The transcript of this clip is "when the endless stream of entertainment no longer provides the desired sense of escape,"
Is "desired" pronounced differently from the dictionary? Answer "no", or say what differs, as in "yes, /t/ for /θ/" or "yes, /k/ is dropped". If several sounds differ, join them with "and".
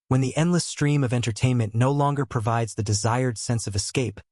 no